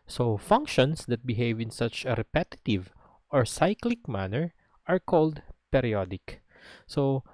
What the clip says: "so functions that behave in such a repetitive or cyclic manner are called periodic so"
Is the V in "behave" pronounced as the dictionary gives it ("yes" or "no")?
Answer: yes